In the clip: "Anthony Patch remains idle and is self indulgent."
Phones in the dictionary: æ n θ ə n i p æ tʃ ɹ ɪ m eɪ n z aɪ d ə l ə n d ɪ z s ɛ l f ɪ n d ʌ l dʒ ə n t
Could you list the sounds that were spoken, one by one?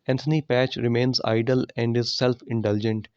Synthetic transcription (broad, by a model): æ n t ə n i p æ tʃ ɹ ɪ m eɪ n z aɪ d ə l ə n d ɪ z s ɛ l f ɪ n d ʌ l dʒ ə n t